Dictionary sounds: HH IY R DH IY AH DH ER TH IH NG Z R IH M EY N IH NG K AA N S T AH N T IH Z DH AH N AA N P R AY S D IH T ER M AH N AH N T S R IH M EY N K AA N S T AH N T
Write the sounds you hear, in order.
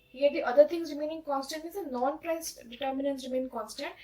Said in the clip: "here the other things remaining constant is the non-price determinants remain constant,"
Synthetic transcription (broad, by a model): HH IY R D IY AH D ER T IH NG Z R IH M EY N IH NG K AA N S T AH N T IH Z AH N AA N P R AY S D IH T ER M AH N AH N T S R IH M EY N K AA N S T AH N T